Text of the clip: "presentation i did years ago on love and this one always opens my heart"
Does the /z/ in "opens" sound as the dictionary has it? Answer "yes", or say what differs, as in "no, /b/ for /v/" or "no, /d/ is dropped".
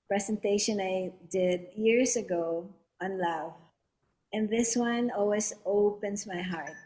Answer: no, /s/ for /z/